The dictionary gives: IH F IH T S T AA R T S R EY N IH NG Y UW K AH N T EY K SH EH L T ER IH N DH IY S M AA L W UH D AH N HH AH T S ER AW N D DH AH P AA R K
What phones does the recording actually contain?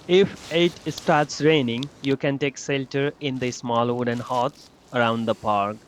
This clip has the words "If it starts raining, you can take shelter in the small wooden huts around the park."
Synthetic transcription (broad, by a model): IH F IH T S T AA R T S R EY N IH NG Y UW K AH N T EY K S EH L T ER IH N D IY S M AA L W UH D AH N HH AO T S ER AW N D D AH P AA R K